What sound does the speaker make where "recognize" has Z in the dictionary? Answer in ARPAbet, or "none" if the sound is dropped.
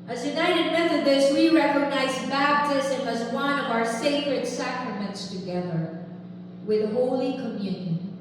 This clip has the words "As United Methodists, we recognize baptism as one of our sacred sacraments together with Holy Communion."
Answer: Z